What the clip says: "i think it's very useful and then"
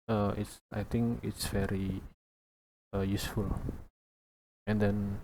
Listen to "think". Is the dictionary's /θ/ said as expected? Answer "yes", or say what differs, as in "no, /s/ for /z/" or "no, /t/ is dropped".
no, /t/ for /θ/